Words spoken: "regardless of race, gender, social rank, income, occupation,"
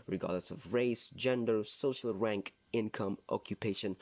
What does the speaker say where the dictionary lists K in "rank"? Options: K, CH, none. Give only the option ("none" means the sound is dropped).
K